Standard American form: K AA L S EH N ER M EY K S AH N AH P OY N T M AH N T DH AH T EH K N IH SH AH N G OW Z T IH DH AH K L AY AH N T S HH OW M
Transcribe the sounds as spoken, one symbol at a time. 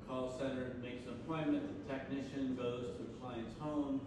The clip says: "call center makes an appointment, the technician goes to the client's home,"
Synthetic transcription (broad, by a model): K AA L S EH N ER M EY K S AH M P OY M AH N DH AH T EH K N IH SH AH N G OW Z T IH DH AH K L AY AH N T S HH OW M